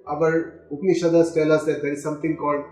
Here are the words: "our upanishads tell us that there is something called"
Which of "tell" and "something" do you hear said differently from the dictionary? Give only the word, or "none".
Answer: something